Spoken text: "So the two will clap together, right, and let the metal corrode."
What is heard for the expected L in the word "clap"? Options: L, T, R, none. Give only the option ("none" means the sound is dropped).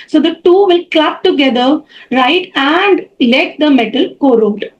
L